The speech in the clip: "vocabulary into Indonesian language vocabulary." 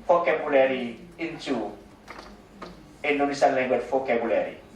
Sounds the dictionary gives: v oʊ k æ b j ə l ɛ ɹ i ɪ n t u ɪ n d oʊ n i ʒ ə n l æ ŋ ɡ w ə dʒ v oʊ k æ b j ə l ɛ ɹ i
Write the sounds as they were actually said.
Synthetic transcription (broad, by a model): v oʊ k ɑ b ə l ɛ ɹ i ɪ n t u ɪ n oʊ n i s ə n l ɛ ɡ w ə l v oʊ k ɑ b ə l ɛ ɹ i